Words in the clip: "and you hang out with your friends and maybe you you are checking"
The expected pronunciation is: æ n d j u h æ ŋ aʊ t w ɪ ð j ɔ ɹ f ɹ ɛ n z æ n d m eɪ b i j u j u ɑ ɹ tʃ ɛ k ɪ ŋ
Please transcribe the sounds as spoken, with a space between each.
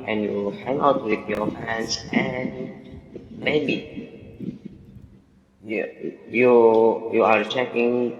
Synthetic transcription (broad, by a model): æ n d j u h æ ŋ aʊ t w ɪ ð j ɔ ɹ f ɛ n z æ n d m eɪ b i j u j u ɑ ɹ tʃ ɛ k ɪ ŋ